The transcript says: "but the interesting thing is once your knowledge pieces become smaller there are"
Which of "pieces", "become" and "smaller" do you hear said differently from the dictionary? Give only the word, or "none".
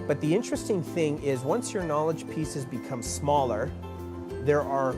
none